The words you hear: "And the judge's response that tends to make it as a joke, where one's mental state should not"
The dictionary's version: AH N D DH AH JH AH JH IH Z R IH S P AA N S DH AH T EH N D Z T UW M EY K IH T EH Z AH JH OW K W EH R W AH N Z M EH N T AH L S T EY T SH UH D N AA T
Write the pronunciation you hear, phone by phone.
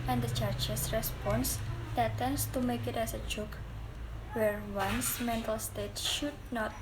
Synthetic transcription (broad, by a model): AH N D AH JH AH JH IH S R IH S P AA N S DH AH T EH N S T UW M EY K IH T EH S AH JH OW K W EH R W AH N S M EH N T AH L S T EY T SH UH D N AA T